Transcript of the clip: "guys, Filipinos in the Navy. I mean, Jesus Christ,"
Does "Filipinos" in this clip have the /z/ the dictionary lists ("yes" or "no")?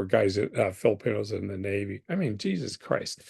yes